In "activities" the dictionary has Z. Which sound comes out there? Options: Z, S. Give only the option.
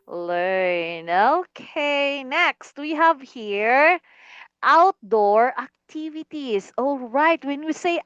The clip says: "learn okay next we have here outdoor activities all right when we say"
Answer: S